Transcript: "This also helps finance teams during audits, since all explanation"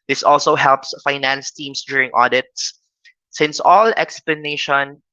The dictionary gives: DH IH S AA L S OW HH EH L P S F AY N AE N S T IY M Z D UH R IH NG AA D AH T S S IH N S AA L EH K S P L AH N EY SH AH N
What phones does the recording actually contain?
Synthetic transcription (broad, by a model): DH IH S AA L S OW HH EH L P S F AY N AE N S T IY M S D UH R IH NG AA D AH T S S IH N S AA L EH K S P L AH N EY SH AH N